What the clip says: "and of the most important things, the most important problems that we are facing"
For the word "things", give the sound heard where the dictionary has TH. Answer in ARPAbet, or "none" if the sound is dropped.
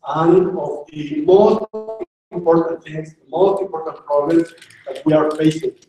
T